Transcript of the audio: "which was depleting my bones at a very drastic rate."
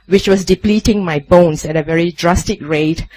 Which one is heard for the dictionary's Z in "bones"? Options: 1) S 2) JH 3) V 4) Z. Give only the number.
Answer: 1